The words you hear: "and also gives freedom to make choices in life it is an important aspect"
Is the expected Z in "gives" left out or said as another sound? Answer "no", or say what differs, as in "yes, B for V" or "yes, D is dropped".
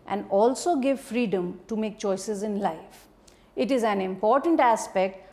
yes, Z is dropped